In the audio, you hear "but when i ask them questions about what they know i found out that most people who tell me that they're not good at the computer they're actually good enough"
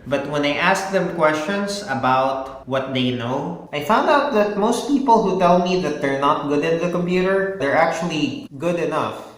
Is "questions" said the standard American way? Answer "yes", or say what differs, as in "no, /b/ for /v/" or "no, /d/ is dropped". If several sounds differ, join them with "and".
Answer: no, /s/ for /z/